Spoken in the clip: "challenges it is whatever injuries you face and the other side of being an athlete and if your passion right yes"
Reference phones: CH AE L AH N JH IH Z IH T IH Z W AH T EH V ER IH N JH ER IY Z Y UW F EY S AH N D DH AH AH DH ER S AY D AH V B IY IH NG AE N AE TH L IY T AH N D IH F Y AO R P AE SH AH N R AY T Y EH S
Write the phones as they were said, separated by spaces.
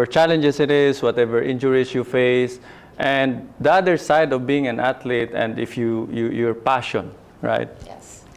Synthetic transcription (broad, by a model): CH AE L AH N JH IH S IH T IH S W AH T EH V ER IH N JH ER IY S Y UW F EY S AH N D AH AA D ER S AY D AH V B IY IH NG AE N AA T L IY T AH N D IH F Y AO R P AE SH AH N R AY T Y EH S